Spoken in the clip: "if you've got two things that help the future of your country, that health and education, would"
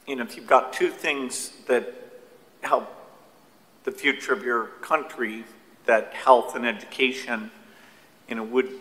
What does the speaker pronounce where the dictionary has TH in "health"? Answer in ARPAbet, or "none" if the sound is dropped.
TH